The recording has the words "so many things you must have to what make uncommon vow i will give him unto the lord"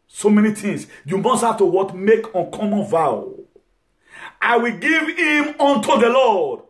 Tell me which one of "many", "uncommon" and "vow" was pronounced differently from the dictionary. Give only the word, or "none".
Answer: none